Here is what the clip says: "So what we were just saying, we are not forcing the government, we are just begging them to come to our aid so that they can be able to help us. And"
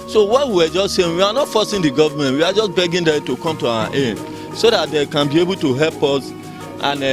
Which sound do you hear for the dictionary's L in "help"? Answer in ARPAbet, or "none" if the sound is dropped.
L